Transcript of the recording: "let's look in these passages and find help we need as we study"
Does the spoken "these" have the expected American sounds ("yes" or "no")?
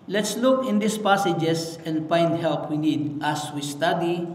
no